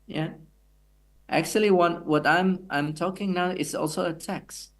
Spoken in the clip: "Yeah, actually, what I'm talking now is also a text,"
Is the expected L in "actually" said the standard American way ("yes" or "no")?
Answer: no